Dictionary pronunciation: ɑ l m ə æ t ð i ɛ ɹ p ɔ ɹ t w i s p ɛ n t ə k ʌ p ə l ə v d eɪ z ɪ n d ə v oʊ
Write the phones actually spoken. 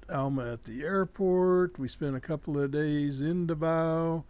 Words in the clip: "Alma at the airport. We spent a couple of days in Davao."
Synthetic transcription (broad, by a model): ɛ l m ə t ð i ɛ ɹ p ɔ ɹ t w i s p ɛ n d ə k ʌ p l ə v d eɪ z ɪ n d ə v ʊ